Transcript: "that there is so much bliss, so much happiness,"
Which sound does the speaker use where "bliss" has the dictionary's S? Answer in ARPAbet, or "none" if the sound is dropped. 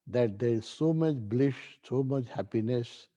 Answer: SH